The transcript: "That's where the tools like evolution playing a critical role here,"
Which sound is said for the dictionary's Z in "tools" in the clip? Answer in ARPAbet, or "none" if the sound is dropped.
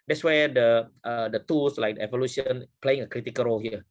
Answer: S